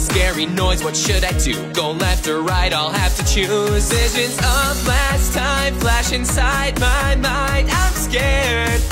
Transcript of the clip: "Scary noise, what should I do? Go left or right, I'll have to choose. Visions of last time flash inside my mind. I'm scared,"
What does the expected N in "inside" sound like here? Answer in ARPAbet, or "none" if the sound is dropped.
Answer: N